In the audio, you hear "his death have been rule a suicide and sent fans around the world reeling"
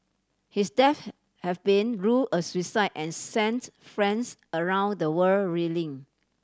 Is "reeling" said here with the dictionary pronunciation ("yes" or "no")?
yes